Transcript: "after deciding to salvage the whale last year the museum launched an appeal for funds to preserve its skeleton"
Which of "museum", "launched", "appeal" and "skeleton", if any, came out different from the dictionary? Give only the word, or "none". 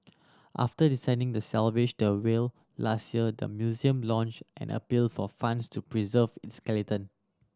none